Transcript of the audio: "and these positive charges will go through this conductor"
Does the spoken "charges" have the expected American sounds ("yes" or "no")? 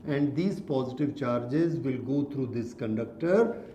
yes